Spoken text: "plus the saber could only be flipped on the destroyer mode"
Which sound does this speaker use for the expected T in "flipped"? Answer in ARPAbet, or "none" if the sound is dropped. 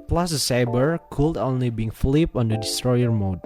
none